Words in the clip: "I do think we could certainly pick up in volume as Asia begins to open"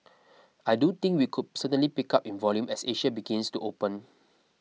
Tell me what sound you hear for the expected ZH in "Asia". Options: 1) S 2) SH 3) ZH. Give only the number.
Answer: 2